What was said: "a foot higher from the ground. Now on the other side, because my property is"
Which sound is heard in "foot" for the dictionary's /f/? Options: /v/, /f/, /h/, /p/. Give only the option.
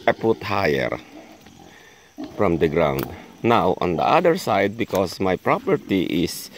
/p/